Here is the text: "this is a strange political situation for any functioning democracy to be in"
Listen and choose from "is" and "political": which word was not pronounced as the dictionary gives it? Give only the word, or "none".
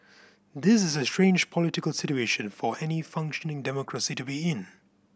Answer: none